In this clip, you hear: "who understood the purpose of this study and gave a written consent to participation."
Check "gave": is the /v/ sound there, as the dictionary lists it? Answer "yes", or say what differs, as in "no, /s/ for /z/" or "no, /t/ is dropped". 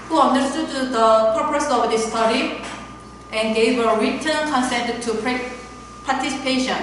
no, /w/ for /v/